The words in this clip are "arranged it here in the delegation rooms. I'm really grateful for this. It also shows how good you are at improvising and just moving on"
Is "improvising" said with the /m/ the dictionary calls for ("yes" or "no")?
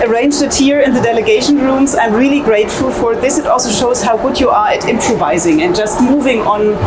yes